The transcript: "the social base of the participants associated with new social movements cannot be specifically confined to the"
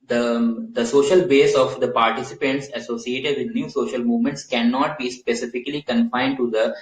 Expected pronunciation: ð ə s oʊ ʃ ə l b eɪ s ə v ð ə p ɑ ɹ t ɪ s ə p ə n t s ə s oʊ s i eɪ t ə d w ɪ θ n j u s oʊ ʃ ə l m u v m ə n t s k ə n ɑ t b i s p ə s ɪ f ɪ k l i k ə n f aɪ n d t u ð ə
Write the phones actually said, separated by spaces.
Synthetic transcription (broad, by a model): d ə s oʊ ʃ ə l b eɪ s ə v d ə p ɑ ɹ t ɪ s ə p ə n t s ə s oʊ s i eɪ t ə d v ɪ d n j u s oʊ ʃ ə l m u v m ə n t s k ə n ɑ t b i s p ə s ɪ f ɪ k l i k ə n f aɪ n d t u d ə